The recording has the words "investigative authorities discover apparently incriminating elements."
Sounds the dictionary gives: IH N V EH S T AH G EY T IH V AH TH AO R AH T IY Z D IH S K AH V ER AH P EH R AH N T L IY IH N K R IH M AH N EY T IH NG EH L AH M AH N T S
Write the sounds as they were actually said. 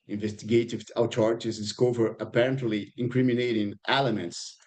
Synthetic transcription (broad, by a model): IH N V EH S T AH G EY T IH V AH T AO R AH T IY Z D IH S K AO V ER AH P EH R AH N T L IY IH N K R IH M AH N EY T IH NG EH L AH M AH N T S